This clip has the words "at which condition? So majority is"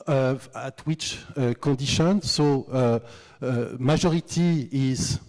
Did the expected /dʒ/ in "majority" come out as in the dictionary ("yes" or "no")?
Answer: no